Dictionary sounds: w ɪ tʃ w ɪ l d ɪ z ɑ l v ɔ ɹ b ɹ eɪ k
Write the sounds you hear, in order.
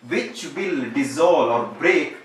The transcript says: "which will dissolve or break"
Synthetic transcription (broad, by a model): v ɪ tʃ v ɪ l d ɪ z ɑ l ɔ ɹ b ɹ eɪ k